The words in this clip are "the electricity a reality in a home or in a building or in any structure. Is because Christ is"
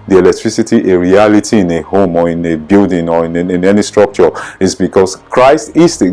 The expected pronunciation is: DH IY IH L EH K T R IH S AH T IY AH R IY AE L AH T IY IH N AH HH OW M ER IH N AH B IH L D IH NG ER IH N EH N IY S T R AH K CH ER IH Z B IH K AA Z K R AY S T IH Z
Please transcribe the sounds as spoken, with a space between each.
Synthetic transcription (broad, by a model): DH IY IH L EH K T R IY S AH T IY AH R IY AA L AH T IY IH N AH HH OW M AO IH N AH B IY L D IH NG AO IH N EH N IY S T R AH K CH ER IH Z B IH K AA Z K R AY S T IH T